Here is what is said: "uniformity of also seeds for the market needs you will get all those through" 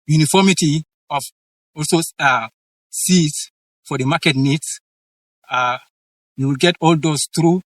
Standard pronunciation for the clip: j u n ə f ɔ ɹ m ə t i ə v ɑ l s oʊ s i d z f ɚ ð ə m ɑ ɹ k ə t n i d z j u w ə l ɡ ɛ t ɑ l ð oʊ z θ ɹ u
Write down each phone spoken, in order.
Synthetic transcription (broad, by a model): j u n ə f ɔ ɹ m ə t i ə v ɑ l s oʊ s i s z f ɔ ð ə m ɑ k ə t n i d s j u w ə l ɡ ɛ t ɑ l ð oʊ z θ ɹ u